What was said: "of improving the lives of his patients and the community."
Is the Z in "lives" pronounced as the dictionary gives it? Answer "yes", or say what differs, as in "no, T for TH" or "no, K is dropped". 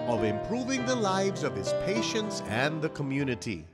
yes